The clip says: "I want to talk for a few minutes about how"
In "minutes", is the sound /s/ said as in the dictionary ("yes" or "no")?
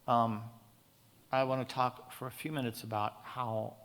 yes